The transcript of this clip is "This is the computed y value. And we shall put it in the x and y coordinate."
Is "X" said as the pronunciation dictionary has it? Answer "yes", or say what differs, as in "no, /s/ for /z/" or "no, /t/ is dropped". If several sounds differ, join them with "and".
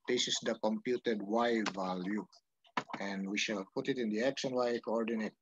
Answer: no, /ʃ/ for /s/